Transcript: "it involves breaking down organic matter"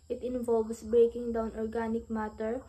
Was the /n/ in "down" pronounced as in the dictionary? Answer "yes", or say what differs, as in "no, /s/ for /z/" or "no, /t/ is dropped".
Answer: yes